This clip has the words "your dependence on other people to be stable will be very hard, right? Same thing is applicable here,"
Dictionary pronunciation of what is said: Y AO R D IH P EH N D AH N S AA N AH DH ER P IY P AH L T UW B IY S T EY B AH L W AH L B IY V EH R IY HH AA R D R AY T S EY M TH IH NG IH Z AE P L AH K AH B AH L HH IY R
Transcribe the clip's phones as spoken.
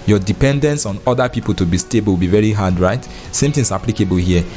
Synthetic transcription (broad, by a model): Y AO D IH P EH N D AH N S AA N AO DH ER P IY P AH L T UW B IY S T EY B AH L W B IY V EH R IY HH AA D R AY T S EY M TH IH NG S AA P L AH K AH B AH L HH IY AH